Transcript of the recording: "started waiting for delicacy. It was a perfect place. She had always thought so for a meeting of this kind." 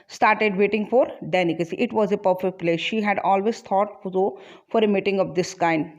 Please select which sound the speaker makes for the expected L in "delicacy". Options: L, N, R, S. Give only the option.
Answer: N